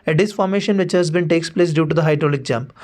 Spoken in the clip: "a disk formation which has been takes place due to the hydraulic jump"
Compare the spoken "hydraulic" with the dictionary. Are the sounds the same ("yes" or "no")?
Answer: yes